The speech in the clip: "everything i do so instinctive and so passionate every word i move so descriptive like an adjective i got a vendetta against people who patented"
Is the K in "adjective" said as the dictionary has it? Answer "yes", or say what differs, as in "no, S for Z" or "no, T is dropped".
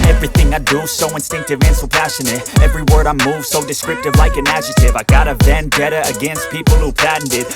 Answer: no, K is dropped